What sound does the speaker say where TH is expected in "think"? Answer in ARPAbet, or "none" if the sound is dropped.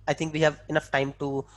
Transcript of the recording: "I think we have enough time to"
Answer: T